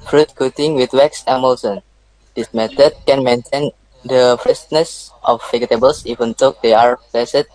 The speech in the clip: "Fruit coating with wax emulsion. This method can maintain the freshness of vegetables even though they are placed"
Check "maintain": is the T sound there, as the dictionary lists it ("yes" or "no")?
yes